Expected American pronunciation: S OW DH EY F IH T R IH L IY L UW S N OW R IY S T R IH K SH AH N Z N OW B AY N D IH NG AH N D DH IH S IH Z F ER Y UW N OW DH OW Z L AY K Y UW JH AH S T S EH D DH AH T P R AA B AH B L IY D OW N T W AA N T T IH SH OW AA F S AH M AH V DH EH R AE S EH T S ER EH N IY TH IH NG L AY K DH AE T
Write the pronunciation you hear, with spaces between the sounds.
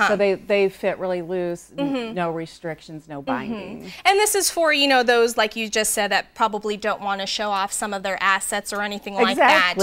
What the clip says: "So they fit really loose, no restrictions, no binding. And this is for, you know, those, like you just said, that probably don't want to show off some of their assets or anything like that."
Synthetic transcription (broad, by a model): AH OW DH EY F IH T R IH L IY L UW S N OW R IY S T R IH K SH AH N Z N OW B AY N D IH NG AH N DH IH S IH Z F ER Y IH N OW DH OW Z L AY K Y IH JH AH S T S EH D DH AH T P R AA B AH B L IY D OW N T W AA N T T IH SH OW AA F S AH M AH V DH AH R AE S EH T S ER EH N IY TH IH NG L AY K DH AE T